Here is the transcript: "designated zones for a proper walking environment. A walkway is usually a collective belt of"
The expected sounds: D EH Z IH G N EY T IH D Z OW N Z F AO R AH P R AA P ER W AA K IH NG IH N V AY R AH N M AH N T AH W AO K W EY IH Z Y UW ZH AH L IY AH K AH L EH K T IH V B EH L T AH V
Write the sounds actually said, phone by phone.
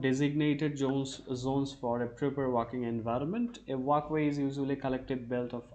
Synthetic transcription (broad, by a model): D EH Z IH G N EY T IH D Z OW N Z F AO R AH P R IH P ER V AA K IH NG IH N V AY R AH N M AH N T AH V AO K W EY IH Z Y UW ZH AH L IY K AH L EH K T IH V B EH L T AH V